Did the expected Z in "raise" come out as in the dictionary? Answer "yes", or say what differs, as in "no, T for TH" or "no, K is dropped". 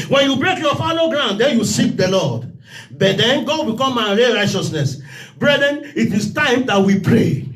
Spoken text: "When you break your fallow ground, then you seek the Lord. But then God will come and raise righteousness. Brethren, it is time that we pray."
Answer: no, Z is dropped